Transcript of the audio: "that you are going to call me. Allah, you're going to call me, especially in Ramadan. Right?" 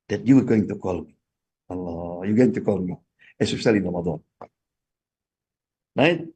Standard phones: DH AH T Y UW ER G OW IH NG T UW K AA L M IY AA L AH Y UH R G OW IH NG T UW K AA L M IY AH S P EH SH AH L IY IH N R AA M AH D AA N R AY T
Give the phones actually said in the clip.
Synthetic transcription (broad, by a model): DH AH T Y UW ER G OW IH NG T UW K AA L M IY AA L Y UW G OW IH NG T UW K AA L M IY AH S EH S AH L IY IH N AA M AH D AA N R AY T